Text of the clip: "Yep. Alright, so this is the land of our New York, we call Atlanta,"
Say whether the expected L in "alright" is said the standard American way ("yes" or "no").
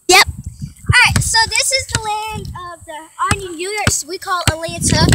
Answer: no